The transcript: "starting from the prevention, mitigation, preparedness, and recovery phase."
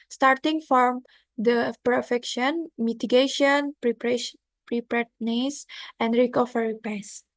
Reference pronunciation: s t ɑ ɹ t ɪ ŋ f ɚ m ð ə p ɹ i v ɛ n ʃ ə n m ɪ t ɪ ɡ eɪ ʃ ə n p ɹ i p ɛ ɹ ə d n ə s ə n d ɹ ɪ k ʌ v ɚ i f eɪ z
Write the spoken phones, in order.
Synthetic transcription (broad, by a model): s t ɑ ɹ t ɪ ŋ f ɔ m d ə p i f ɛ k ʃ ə n m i t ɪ ɡ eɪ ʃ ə n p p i p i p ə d n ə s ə n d ɹ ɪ k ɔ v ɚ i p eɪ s